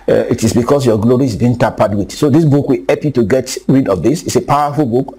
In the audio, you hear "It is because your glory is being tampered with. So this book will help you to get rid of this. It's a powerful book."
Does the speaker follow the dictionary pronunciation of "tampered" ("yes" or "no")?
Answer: no